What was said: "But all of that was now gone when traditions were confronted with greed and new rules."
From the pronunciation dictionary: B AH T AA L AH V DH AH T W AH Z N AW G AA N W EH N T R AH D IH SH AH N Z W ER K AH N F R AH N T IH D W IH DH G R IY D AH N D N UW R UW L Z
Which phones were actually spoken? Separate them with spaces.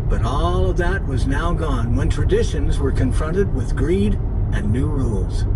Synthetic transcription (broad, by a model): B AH T AA L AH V DH AH T W AH Z N AW G AA N W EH N T R AH D IH SH AH N Z W ER K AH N F R AH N T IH D W IH DH G R IY D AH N N UW R UW L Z